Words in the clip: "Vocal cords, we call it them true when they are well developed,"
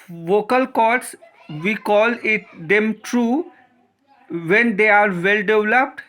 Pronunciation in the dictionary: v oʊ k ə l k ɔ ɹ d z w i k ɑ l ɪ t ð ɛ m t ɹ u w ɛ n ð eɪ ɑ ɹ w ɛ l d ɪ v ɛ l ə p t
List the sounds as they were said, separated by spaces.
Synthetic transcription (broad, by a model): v oʊ k ə l k ɔ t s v i k ɑ l ɪ t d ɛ m t ɹ u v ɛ n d eɪ ɑ ɹ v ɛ l d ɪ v l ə p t